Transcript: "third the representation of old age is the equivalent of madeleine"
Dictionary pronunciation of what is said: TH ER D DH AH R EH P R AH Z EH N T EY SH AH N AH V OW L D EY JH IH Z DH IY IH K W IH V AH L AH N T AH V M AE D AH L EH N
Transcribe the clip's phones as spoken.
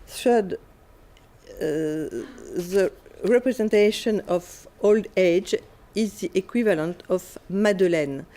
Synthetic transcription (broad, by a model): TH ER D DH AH R EH P R AH Z EH N T EY SH AH N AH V OW L D EY JH IH Z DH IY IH K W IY V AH L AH N T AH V M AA D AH L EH N